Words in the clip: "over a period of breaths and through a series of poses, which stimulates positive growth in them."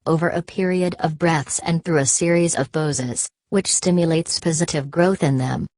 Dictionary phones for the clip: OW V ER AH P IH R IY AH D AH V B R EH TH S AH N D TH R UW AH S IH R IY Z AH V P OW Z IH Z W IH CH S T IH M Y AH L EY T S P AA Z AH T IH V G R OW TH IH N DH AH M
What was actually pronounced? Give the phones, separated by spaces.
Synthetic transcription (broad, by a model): OW V ER AH P IH R IY AH D AH V B R EH TH S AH N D TH R UW AH S IH R IY Z AH V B OW Z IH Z W IH CH S T IH M Y AH L EY T S P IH Z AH T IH V G R OW TH IH N DH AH M